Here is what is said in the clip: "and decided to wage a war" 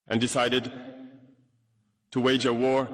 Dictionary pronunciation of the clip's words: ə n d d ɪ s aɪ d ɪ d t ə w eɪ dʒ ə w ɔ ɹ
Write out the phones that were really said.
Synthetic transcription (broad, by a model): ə n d d ɪ s aɪ d ɪ d t ə w eɪ dʒ ə w ɔ ɹ